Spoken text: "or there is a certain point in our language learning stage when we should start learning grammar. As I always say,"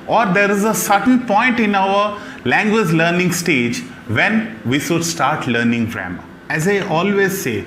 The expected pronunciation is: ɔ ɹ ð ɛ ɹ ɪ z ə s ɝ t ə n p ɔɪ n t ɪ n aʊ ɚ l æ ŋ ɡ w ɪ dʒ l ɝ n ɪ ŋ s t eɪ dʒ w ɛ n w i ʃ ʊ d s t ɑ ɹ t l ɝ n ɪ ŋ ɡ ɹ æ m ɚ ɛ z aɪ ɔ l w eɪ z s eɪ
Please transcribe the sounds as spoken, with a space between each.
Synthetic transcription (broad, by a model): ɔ ɹ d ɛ ɹ ɪ z ə s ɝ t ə n p ɔɪ n t ɪ n aʊ ɚ l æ ŋ ɡ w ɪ dʒ l ɝ n ɪ ŋ s t eɪ dʒ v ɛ n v i ʃ ʊ d s t ɑ ɹ t l ɝ n ɪ ŋ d ɹ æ m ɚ ɛ z aɪ ɔ l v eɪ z s eɪ